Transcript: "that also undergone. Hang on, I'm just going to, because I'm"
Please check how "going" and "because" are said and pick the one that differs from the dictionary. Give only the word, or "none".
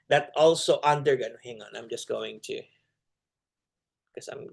because